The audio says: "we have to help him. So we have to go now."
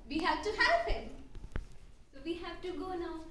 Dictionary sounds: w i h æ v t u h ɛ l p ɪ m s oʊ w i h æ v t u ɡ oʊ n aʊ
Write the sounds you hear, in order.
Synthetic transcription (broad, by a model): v i h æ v t u h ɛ p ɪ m s oʊ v i h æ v t u ɡ oʊ n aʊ